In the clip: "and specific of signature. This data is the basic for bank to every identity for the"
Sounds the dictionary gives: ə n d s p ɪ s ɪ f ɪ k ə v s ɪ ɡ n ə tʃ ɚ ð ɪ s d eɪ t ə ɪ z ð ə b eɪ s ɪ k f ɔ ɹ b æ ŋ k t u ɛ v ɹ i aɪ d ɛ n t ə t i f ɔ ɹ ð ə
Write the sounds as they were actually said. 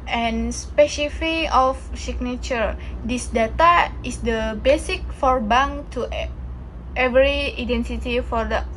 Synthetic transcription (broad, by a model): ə n s p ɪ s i f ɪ ə f s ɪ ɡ n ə tʃ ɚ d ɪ s d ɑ t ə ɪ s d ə b eɪ s ɪ k f ɔ ɹ b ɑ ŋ t u ɛ v ɹ i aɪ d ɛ n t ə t i f ɔ ɹ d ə